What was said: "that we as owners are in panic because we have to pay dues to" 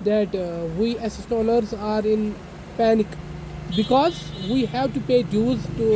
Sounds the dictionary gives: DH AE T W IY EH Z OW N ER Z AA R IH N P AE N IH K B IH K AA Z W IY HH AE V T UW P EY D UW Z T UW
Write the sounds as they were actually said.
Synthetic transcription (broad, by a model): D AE T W IY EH S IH L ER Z AA R IH N P AE N IH K B IH K AA Z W IY HH AE V T UW P EY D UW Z T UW